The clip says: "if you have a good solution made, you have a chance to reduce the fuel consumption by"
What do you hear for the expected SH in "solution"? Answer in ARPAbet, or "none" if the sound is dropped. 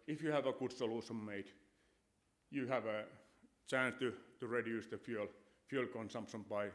S